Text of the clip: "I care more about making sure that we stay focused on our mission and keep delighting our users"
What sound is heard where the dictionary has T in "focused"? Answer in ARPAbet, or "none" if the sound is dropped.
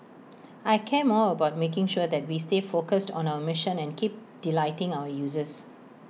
T